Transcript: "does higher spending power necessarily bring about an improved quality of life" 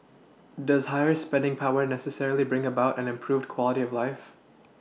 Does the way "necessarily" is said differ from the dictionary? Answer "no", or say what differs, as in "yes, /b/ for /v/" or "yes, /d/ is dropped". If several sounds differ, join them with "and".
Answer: no